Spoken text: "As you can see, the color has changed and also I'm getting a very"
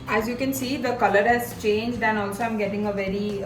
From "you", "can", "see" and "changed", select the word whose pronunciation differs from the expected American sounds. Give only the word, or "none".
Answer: none